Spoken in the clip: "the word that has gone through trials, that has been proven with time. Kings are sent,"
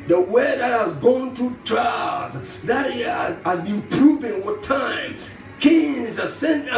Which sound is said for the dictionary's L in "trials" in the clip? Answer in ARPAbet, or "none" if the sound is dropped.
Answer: none